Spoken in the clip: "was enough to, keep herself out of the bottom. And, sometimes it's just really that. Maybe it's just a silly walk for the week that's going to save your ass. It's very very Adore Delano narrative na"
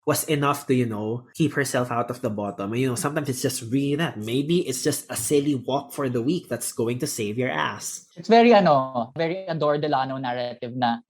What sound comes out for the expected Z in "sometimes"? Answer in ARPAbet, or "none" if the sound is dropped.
S